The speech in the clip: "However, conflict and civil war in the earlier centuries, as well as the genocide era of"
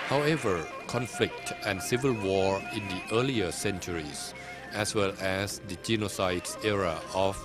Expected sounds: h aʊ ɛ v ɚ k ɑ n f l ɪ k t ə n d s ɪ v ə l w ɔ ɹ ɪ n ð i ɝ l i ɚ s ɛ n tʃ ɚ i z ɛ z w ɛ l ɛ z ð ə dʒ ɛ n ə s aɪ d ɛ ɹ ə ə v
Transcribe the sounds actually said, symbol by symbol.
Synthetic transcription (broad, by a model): h aʊ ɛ v ɚ k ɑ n f l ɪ k t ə n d s ɪ v ə l w ɔ ɹ ɪ n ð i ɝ l i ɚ s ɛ n tʃ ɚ i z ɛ s w ɛ l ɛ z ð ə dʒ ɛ n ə s aɪ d ɛ ɹ ə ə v